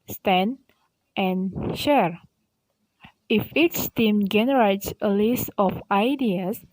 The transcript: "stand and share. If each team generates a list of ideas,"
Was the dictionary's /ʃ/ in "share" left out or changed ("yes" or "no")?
no